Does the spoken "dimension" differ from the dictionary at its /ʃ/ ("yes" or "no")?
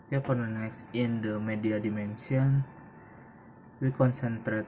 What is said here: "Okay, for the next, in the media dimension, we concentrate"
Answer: yes